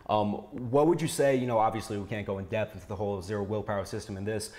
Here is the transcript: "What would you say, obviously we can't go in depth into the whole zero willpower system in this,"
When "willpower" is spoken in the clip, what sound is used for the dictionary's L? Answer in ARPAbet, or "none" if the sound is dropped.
L